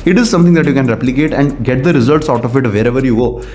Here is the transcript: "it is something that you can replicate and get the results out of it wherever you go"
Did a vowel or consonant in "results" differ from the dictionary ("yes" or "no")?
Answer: no